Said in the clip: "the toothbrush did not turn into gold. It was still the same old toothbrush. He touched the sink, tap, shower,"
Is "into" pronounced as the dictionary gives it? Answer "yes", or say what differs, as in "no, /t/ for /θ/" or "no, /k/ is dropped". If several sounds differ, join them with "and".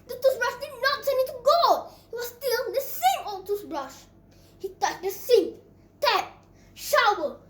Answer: no, /n/ is dropped